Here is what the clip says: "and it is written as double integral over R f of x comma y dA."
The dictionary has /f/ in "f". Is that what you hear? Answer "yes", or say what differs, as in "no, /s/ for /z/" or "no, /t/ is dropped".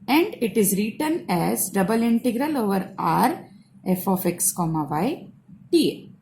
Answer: yes